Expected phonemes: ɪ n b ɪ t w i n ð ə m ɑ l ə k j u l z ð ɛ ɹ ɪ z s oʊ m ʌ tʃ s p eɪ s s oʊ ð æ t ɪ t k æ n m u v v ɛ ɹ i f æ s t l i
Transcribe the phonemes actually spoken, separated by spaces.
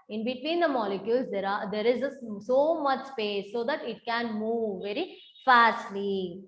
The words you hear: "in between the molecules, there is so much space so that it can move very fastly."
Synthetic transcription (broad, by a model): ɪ n b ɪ t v i n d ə m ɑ l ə k j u l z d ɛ ɹ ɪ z s oʊ m ʌ tʃ s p eɪ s s oʊ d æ t ɪ t k æ n m u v v ɛ ɹ i f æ s t l i